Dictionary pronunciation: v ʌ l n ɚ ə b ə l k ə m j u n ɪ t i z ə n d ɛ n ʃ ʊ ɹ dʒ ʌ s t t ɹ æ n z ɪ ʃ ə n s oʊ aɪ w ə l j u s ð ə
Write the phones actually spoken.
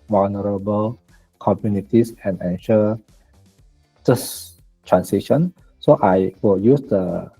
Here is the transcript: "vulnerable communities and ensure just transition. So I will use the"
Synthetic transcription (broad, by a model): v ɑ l n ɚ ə b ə l k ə m j u n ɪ t i s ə n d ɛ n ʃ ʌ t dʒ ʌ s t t ɹ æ n s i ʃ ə n s oʊ aɪ w ə l j u s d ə